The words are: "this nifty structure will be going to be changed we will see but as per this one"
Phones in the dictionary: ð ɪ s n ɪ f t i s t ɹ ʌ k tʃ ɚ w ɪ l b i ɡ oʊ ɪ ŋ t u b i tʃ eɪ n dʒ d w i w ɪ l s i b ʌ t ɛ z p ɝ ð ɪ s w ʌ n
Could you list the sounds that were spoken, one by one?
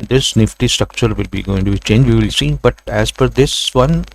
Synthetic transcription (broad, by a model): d ɪ s n ɪ f t i s t ɹ ʌ k tʃ ɚ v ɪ l b i ɡ oʊ ɪ ŋ t u b i tʃ eɪ n dʒ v i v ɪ l s i b ʌ t ɛ z f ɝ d ɪ s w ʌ n